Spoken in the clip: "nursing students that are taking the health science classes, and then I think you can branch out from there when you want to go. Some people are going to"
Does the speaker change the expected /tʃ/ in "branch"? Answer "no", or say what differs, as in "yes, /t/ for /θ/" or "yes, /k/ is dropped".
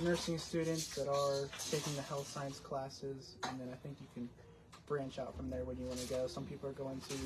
no